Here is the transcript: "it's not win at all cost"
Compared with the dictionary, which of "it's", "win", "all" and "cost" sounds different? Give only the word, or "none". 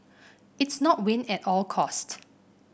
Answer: none